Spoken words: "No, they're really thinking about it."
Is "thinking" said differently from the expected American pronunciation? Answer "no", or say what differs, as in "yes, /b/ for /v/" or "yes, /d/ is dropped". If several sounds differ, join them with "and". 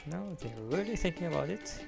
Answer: no